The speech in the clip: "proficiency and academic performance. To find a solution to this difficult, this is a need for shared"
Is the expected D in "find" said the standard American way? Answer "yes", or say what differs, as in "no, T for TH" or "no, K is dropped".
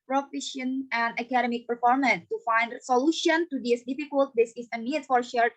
yes